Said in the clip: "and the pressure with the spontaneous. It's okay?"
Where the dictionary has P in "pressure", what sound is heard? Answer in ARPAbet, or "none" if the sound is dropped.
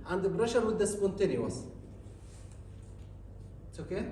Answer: B